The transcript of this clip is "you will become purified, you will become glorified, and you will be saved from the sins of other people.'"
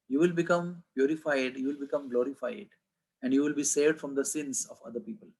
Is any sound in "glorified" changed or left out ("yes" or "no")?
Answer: no